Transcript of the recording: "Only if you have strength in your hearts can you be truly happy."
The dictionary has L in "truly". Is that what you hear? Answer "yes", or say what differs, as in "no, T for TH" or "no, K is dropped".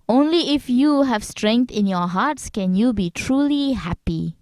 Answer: yes